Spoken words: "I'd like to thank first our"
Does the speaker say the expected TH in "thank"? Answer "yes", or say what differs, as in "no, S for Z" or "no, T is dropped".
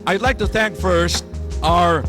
yes